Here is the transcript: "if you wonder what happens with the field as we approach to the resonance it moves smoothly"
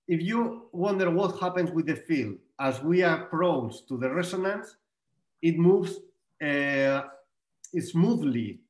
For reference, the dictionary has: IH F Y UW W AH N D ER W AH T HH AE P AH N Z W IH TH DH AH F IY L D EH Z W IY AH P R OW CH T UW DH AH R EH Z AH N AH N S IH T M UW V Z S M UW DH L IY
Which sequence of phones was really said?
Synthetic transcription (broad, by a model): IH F Y UW W AH N D ER W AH T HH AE P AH N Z W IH DH AH F IY L D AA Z W IY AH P R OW S T UW DH AH R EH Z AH N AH N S IH T M UW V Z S M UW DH L IY